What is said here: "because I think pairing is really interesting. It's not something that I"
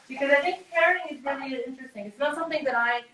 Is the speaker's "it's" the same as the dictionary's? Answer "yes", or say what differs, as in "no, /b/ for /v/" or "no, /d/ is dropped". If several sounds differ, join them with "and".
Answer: yes